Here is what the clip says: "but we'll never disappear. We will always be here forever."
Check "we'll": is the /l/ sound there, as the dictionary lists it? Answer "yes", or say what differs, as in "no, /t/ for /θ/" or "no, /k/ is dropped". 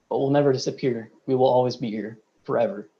yes